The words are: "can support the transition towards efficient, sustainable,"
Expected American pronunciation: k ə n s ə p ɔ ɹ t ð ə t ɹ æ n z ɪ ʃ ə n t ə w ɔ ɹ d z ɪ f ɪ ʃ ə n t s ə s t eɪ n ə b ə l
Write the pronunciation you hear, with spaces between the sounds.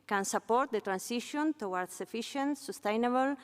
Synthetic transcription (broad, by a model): k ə n s ə p ɔ ɹ t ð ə t ɹ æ n s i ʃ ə n t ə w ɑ ɹ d s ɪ f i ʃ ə n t s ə s t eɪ n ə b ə l